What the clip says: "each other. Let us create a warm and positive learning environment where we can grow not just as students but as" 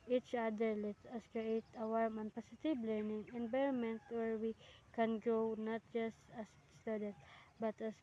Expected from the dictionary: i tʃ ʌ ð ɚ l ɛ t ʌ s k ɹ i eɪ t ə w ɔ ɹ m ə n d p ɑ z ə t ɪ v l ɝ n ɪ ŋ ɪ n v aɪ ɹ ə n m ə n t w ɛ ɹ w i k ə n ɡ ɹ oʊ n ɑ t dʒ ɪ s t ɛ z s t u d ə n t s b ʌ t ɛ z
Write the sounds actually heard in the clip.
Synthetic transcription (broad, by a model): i tʃ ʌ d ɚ l ɛ t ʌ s k ɹ i eɪ t ə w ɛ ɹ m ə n p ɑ s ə t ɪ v l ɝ n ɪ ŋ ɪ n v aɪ ɹ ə n m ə n t w ɛ ɹ w i k ə n ɡ oʊ n ɑ t dʒ ɪ s t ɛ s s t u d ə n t b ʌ t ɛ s